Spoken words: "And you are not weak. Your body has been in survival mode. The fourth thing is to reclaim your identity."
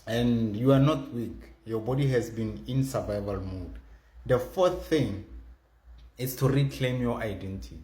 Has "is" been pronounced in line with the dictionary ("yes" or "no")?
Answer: no